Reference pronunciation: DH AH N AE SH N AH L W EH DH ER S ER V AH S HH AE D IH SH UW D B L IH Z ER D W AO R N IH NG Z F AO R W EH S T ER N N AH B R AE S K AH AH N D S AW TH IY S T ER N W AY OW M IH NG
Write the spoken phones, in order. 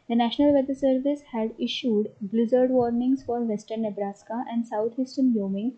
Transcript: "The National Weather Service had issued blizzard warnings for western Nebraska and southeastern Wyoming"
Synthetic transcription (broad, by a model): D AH N AE SH N AH L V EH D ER S ER V AH S HH AE D IH SH UW D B L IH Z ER D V AO R N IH NG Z F AO R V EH S T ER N N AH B R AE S K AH AH N D S AW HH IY S T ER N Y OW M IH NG